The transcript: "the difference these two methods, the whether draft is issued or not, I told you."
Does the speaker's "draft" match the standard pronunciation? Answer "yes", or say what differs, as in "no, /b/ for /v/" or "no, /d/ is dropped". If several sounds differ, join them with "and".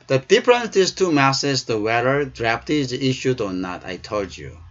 no, /p/ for /f/